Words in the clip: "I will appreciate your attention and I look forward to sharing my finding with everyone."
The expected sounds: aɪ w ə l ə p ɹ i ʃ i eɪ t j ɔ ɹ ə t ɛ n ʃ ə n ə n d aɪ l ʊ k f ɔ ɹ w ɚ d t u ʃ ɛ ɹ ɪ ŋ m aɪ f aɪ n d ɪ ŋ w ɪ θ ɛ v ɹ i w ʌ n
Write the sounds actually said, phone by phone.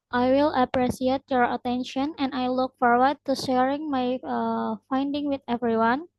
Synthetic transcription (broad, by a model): aɪ w ə l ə p ɹ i s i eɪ t j ɔ ɹ ə t ɛ n ʃ ə n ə n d aɪ l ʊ k f ɔ ɹ w ɚ d t u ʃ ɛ ɹ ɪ ŋ m aɪ f aɪ n d ɪ ŋ w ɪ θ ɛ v ɹ i w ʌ n